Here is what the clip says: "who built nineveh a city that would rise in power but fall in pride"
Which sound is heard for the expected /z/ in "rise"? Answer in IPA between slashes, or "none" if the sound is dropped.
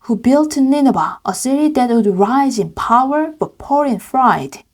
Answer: /z/